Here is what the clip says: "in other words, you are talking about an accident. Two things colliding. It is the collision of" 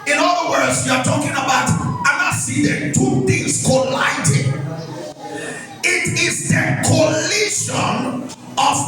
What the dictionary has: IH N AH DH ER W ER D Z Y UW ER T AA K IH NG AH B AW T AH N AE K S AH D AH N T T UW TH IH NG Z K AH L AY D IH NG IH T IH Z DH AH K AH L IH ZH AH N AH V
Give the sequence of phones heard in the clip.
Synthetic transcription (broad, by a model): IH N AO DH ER W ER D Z Y UW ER T AA K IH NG AH B AW T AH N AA S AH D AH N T T UW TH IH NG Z K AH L AY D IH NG IH T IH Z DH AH K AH L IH SH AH N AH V